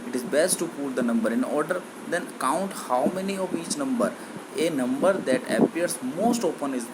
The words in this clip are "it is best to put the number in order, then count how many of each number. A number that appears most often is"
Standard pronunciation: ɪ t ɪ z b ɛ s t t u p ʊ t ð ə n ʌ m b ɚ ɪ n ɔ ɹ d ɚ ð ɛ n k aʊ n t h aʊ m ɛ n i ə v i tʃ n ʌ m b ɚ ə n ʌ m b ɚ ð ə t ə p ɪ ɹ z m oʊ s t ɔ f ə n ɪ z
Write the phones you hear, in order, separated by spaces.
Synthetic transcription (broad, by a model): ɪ t ɪ z b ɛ s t t u p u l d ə n ʌ m b ɚ ɪ n ɔ ɹ d ɚ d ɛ n k aʊ n t h aʊ m ɛ n i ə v i tʃ n ʌ m b ɚ ə n ʌ m b ɚ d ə t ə p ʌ ɹ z m oʊ s t ɔ p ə n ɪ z